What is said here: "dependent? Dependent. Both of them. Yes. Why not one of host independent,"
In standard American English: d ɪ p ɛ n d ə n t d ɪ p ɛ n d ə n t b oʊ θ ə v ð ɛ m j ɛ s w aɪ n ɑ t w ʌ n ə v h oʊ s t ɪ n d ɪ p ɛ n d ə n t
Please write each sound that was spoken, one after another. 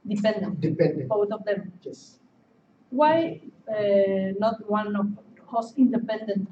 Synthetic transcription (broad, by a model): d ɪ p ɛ n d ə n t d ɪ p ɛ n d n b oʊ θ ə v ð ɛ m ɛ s w aɪ n ɑ t w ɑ n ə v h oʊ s ɪ n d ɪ p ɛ n d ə n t